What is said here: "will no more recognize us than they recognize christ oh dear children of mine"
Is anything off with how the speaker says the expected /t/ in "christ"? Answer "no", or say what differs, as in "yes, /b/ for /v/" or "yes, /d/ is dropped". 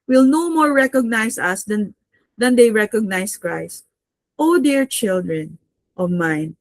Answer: no